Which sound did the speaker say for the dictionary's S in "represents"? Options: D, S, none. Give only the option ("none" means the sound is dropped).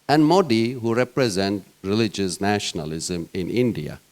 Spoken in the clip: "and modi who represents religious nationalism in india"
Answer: none